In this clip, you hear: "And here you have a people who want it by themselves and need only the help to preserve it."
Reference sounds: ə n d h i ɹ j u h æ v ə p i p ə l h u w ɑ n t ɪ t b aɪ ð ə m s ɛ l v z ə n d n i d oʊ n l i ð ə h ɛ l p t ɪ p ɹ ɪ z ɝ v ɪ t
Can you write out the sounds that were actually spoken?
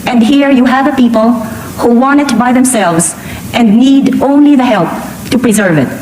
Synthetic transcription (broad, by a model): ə n d h i ɹ j u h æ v ə p i p ə l h u w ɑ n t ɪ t b aɪ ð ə m s ɛ l v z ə n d n i d oʊ n l i ð ə h ɛ l p t ɪ p ɹ ɪ z ɝ v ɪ t